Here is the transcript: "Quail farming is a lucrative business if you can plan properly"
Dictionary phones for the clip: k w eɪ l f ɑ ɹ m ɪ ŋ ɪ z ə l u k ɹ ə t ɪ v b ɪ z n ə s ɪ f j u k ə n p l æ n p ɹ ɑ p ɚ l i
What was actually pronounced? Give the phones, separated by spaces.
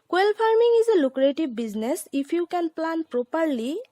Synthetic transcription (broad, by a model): k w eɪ l p ɑ ɹ m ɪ ŋ ɪ z ə l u k ɹ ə t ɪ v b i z n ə s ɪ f j u k ə n p l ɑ n p ɹ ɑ p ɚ l i